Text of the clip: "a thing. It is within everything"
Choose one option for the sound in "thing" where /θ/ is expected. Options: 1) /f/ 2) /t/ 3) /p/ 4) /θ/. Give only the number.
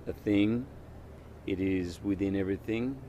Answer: 4